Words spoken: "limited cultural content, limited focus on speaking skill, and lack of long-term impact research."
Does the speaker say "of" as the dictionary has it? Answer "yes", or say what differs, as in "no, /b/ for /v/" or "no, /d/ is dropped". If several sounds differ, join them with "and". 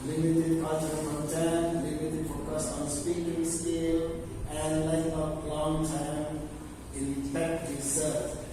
no, /p/ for /v/